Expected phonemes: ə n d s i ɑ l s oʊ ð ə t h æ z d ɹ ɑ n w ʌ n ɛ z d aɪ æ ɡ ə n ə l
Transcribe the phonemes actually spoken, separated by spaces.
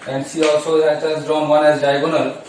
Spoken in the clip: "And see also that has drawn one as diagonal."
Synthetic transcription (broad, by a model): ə n d ʃ i ɑ l s oʊ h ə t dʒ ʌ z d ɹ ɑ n w ʌ n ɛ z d aɪ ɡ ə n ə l